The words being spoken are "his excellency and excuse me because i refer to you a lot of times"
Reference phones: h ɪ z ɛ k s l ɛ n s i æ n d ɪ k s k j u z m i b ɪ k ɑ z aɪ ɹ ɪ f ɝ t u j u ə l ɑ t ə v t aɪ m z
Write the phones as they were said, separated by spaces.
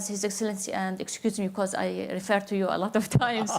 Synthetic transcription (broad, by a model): h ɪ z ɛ k s l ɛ n s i æ n d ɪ k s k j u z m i b ɪ k ɑ z aɪ ɹ ɪ f ɝ t u j u ə l ɑ t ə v t aɪ m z